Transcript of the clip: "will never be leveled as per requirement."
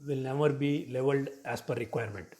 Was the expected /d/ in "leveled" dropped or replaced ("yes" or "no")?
no